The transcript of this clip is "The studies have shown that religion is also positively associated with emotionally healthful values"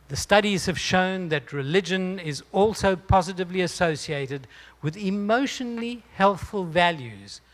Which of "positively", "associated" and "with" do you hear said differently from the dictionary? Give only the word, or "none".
none